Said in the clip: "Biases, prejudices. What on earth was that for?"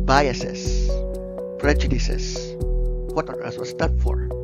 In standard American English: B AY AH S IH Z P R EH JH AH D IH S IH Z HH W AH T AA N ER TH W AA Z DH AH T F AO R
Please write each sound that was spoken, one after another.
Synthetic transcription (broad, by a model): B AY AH S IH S P R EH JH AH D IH S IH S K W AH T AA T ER S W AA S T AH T F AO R